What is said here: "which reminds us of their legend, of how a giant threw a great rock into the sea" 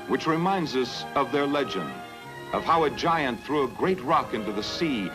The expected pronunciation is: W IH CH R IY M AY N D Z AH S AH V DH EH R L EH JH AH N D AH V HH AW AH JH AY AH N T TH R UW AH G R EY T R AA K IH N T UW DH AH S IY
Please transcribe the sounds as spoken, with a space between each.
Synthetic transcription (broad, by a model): W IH CH R IY M AY N D Z AH S AH V DH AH R L EH JH AH N D AH V HH AW AH JH AY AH N TH R UW AH G R EY T R AA K IH N T UW DH AH S IY